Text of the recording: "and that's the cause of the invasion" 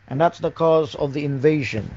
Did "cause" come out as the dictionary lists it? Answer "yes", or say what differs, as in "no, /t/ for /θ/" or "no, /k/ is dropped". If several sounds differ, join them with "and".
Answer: yes